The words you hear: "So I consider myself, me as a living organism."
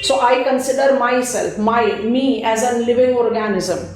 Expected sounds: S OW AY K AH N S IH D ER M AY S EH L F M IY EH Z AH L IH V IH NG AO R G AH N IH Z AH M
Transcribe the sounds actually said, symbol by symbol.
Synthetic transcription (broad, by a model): S OW AY K AH N S IH D ER M AY S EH L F M IY EH Z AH L IH V IH NG AO R G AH N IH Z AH M